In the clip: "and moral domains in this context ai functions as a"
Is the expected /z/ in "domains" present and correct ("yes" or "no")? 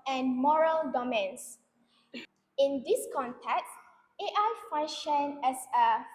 no